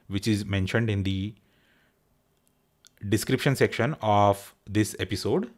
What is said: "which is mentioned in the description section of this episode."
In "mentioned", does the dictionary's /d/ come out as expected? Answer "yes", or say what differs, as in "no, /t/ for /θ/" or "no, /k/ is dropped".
yes